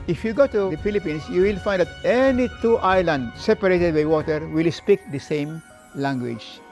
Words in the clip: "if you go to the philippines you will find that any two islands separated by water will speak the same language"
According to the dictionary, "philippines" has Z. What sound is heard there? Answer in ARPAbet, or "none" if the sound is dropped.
S